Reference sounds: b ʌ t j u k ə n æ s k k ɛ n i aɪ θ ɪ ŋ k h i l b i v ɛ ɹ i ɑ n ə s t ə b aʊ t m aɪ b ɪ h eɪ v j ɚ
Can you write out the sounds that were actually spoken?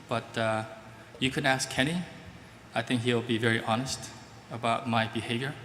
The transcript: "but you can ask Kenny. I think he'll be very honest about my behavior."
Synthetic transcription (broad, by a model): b ʌ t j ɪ k ə n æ s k k ɛ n i aɪ θ ɪ ŋ k h i l b i v ɛ ɹ i ɑ n ə s t ə b aʊ t m aɪ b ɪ h eɪ v j ɚ